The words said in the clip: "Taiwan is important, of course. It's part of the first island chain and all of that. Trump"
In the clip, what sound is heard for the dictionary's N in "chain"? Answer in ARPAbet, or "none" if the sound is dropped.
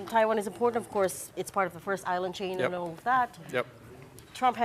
none